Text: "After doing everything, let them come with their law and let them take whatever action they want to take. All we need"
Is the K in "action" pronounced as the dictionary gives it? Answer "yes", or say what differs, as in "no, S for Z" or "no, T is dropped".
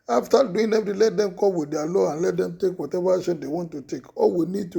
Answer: no, K is dropped